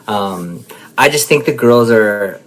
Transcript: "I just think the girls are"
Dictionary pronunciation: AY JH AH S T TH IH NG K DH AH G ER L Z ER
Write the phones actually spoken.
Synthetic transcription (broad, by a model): AY JH AH S T TH IH NG K DH AH G ER L Z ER